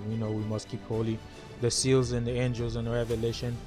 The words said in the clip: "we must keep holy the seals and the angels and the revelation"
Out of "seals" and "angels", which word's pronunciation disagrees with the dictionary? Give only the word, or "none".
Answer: none